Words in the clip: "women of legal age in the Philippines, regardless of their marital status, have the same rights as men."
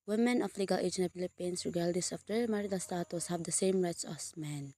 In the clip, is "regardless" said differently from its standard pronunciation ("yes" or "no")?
yes